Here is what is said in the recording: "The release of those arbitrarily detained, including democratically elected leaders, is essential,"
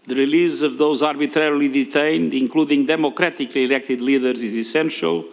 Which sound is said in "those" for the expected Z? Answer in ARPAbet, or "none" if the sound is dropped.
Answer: Z